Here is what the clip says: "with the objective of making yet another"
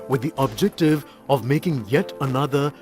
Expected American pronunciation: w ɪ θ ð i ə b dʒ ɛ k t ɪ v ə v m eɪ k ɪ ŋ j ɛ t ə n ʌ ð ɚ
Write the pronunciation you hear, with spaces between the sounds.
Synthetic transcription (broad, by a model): w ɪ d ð i ə b dʒ ɛ k t ɪ v ə v m eɪ k ɪ ŋ j ɛ t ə n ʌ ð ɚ